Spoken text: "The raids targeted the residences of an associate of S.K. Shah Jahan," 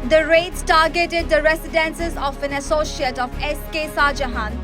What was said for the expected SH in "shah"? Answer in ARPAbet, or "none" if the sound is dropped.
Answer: S